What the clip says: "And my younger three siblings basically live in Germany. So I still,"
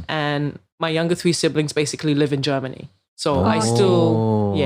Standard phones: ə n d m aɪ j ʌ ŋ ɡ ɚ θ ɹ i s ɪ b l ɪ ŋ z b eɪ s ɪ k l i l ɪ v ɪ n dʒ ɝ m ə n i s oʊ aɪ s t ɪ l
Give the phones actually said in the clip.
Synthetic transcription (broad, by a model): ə n m aɪ j ʌ ŋ ɡ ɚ θ ɹ i s ɪ b l ɪ ŋ z b eɪ s ɪ k l i l ɪ v ɪ n dʒ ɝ m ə n i s oʊ aɪ s t ɪ l